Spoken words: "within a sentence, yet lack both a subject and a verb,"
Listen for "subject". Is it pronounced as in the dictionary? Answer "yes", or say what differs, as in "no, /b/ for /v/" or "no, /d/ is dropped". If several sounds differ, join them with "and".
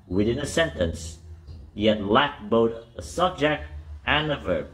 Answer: yes